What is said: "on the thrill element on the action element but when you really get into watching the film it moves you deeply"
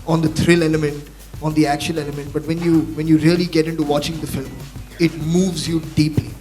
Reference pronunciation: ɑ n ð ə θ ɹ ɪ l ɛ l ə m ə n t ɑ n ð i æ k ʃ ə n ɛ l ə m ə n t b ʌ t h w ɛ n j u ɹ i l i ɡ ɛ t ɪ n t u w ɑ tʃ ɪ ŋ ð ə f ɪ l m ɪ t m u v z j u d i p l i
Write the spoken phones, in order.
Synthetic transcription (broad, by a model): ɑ n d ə t ɹ ɪ l ɛ l ə m ə n t ɑ n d i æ k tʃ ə l ɛ l ə m ə n t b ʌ t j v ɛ n j u ɹ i l i ɡ ɛ t ɪ n t u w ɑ tʃ ɪ ŋ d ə f ɪ l m ɪ t m u v z j u d i p l i